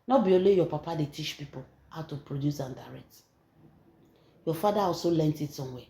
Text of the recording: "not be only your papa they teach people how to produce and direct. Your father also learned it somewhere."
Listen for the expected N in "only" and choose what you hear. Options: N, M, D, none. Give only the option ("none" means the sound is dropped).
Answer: none